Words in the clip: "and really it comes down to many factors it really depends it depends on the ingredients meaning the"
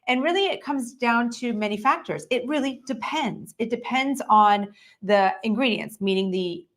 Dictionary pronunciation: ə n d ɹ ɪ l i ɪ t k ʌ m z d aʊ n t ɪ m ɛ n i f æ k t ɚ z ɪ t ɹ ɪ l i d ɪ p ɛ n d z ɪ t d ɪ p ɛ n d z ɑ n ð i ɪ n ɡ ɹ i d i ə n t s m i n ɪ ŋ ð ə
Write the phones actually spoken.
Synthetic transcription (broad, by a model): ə n ɹ ɪ l i ɪ t k ʌ m z d aʊ n t ɪ m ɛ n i f æ k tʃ ɚ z ɪ t ɹ ɪ l i d ɪ p ɛ n d z ɪ t d ɪ p ɛ n d z n ð i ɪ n ɡ ɹ i d i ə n s m i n ɪ ŋ ð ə